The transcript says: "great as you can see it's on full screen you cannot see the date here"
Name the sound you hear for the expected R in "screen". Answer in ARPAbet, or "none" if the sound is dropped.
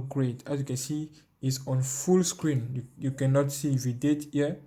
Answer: R